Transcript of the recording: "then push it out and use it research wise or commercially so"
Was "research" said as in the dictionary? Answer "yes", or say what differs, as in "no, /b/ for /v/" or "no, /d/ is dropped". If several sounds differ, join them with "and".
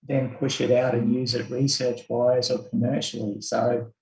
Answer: yes